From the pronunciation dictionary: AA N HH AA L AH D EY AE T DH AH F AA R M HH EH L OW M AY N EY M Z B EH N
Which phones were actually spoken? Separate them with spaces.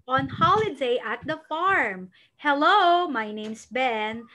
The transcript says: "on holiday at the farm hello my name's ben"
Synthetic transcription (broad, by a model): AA N HH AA L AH D EY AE T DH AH F AA R M HH EH L OW M AY N EY M S B EH N